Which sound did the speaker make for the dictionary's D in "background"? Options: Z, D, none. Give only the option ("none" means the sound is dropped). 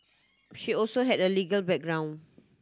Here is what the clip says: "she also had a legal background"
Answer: none